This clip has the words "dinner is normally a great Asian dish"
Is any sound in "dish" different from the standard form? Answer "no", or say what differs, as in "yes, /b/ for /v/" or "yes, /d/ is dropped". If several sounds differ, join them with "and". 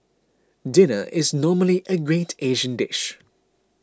no